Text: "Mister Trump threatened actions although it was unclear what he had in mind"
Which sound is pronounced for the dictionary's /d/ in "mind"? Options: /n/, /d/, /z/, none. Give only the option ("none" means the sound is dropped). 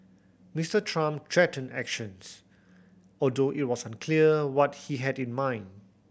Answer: /d/